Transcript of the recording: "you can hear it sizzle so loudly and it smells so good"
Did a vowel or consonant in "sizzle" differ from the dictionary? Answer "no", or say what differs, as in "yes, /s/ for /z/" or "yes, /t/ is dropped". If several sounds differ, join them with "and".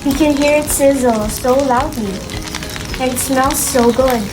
no